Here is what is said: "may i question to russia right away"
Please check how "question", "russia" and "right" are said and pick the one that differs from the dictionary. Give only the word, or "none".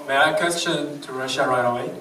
right